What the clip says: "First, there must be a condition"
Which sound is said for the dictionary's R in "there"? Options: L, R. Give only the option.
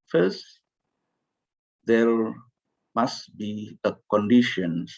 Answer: L